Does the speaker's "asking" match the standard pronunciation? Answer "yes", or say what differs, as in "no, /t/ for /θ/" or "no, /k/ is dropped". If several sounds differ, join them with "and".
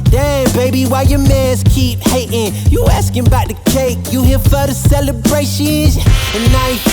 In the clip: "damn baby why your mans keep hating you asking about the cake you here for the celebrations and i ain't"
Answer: yes